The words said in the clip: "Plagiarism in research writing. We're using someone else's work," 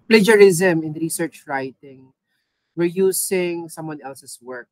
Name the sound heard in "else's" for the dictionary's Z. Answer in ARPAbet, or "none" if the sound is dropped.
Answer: S